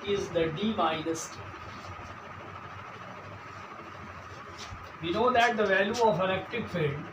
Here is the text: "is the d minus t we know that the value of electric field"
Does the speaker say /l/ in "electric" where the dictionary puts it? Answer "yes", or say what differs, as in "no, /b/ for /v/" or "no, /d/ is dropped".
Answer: no, /n/ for /l/